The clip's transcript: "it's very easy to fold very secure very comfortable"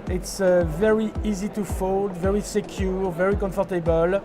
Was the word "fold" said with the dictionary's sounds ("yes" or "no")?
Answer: yes